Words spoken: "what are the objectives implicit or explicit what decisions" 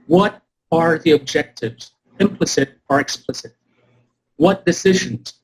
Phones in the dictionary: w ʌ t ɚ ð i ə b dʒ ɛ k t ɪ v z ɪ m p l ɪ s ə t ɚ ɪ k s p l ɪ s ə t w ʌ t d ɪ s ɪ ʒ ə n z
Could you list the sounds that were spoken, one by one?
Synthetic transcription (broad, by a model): w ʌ t ɚ ð i ə b dʒ ɛ k t ɪ v z ɪ m p l ɪ s ə t ɚ ɪ k s p l ɪ s ə t w ʌ t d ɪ s ɪ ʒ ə n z